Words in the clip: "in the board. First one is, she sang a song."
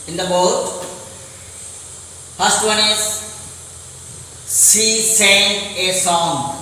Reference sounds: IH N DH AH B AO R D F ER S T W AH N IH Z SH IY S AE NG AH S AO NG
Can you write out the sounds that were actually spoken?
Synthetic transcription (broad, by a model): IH N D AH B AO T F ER S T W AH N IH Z S IY S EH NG AH S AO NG